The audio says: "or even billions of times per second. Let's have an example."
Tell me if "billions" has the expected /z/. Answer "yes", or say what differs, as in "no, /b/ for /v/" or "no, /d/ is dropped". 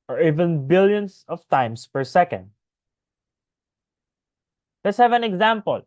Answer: no, /s/ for /z/